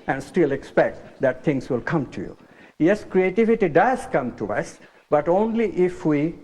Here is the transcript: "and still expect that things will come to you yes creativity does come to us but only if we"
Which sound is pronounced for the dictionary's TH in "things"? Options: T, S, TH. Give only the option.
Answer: T